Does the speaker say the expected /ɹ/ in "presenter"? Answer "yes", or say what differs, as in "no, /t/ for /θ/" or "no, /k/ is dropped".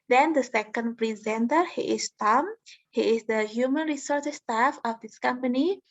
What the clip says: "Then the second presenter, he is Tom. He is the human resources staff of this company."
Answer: yes